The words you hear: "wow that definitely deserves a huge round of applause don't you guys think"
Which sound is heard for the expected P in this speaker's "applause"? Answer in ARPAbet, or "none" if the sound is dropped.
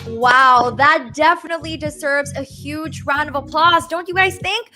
P